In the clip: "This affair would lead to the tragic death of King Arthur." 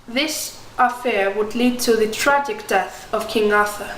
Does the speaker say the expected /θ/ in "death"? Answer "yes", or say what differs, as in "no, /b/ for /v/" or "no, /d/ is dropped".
yes